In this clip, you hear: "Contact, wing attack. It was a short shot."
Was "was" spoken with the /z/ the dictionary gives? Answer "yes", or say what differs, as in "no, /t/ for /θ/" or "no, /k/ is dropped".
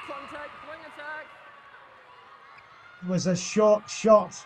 yes